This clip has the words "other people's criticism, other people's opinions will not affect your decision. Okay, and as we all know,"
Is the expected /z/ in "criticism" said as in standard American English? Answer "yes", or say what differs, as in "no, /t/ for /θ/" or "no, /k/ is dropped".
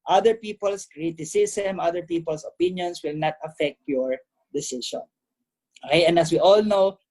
no, /s/ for /z/